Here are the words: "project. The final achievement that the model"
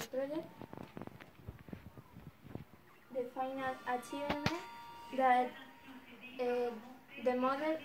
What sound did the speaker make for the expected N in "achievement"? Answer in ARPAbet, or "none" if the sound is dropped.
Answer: none